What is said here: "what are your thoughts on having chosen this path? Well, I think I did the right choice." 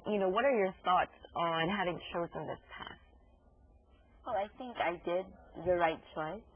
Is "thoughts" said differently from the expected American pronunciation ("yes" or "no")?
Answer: no